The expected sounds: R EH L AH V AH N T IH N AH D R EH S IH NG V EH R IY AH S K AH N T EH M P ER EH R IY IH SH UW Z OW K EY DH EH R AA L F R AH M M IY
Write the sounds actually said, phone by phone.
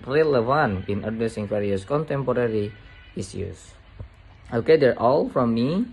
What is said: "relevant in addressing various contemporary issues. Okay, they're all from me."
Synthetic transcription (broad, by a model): R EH L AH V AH N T IH N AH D EH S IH NG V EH R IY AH S K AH N T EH M P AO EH R IY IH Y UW S OW K EY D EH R AA L F R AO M M IY